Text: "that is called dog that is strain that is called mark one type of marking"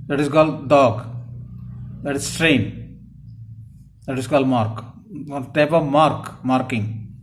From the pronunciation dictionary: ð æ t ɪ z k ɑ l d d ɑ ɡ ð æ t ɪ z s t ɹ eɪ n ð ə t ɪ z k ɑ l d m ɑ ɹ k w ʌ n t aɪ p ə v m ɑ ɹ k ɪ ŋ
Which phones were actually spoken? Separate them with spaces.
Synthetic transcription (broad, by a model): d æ t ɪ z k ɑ l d d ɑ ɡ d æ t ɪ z s t ɹ eɪ n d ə t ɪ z k ɑ l d m ɑ ɹ k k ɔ l t aɪ p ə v m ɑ ɹ k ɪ ŋ